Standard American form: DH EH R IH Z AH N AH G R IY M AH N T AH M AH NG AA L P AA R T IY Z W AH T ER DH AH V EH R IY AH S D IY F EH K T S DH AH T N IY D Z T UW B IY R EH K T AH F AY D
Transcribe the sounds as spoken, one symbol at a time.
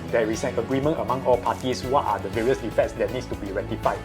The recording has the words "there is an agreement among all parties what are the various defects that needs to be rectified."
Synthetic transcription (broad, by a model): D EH R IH S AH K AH G R IY M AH N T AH M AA NG AA L P AA T IY S W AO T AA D AH V EH R IY AH S D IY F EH T S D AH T N IY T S T UW B IY R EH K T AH F AY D